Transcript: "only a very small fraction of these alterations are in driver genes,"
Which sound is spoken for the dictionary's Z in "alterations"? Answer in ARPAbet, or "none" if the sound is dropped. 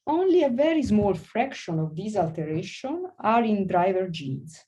none